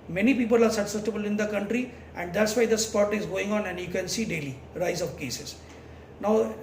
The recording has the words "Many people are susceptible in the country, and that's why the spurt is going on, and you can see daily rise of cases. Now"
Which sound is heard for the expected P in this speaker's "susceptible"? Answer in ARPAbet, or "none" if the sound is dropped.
none